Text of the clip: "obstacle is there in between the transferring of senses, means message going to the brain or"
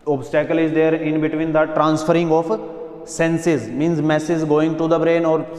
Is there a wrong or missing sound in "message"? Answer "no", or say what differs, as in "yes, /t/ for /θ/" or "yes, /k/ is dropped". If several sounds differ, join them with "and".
yes, /z/ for /dʒ/